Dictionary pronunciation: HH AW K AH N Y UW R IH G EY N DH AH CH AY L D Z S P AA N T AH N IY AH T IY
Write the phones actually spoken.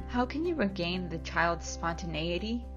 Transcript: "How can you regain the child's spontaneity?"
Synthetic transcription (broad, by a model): HH AW K AH N Y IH R IH G EY N DH AH CH AY L D Z S P AA N T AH N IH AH T IY